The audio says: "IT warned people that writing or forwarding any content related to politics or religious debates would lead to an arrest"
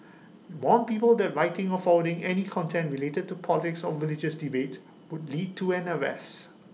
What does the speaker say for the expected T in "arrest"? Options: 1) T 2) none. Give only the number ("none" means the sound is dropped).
2